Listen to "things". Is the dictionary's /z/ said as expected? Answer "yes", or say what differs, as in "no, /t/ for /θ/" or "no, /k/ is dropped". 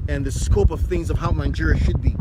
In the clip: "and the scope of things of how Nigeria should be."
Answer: yes